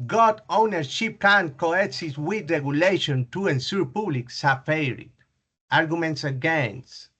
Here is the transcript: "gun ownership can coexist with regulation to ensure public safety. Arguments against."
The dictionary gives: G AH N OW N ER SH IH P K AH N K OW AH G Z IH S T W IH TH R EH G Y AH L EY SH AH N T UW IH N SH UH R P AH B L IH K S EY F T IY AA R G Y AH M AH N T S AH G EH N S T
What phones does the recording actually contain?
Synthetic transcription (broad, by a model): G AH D OW N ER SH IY P K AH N K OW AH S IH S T W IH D R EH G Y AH L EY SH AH N T UW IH N S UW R P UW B L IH K S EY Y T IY AA R G Y AH M AH N T S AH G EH N S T